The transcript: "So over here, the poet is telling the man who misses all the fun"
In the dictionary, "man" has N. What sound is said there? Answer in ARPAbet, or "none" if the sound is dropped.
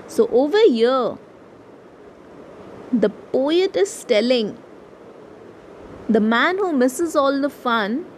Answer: N